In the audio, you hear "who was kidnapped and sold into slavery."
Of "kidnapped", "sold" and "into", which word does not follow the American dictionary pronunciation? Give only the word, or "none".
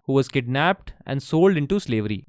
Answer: none